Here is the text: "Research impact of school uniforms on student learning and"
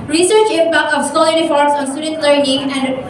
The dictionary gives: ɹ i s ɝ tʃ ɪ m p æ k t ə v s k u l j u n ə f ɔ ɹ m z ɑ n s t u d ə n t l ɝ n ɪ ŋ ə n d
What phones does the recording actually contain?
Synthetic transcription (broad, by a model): ɹ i s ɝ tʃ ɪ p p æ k ə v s ɔ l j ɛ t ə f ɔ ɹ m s ɑ n s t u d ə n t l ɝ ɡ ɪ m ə n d